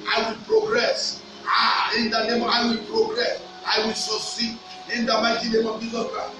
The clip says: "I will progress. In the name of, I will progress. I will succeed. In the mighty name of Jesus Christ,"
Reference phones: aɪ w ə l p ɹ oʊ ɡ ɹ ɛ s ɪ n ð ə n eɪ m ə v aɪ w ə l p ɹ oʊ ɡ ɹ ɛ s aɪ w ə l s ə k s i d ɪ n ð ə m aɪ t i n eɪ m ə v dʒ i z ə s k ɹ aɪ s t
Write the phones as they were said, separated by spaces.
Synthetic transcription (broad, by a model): aɪ w ə l p ɹ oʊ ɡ ɹ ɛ s ɪ n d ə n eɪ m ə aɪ w ə l p ɹ oʊ ɡ ɹ ɛ s aɪ w ə l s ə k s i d ɪ n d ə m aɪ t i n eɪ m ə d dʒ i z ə k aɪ